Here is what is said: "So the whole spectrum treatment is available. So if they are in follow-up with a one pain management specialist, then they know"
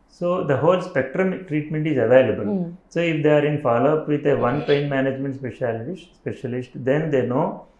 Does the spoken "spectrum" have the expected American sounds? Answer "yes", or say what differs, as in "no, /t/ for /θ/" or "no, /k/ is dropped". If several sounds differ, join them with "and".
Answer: yes